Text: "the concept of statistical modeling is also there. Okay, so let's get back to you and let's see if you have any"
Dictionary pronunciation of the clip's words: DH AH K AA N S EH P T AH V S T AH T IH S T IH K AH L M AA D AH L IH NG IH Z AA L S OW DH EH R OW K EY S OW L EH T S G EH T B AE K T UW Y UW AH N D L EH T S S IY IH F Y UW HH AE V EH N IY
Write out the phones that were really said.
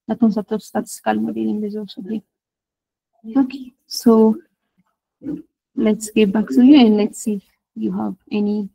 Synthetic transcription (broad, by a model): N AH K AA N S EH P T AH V S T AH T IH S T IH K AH L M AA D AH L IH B IH Z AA S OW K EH OW K EY S OW L EH T S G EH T B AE K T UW Y UW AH N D L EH T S S IY Y UW HH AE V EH N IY